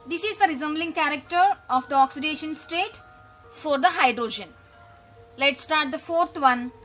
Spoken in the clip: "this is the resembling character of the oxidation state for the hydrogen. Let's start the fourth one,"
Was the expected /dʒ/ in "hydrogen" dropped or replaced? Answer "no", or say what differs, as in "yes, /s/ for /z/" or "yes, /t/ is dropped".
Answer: no